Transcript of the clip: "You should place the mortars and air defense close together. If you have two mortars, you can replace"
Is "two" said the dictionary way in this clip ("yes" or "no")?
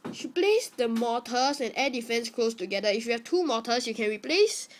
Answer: yes